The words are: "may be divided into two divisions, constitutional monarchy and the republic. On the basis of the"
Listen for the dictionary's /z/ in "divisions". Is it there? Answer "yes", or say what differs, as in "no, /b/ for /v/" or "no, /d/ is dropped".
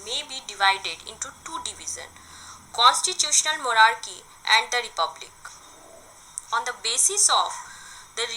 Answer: no, /z/ is dropped